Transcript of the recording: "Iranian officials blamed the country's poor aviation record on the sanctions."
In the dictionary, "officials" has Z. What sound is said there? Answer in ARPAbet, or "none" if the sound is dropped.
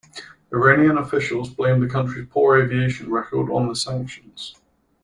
Z